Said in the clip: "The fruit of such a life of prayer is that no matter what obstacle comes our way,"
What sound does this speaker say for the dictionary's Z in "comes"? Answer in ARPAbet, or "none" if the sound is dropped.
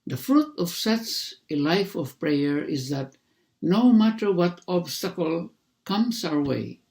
S